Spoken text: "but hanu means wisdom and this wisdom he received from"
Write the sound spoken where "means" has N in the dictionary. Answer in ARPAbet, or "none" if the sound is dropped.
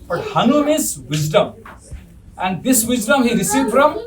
none